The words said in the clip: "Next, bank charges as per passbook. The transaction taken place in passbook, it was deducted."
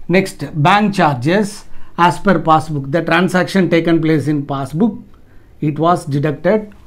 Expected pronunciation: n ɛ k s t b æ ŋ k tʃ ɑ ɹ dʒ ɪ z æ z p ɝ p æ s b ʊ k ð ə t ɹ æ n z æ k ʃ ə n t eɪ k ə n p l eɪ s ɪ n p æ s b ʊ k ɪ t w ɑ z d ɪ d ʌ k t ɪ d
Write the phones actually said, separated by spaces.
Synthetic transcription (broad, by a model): n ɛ k s t b æ ŋ k tʃ ɑ ɹ dʒ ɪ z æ s p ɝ p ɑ s b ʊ k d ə t ɹ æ n s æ k ʃ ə n t eɪ k ə n p l eɪ s ɪ n p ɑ s b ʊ k ɪ t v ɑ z d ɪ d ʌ k t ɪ d